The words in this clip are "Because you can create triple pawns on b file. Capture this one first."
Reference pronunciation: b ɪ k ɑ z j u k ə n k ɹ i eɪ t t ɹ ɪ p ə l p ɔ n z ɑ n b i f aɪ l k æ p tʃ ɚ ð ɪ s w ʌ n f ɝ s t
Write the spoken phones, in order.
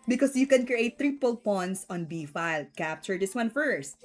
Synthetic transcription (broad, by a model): b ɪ k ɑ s j u k ə n k ɹ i eɪ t t ɹ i p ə l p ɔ n s ɑ n b i f aɪ l k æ p tʃ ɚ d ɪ s w ʌ n f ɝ s t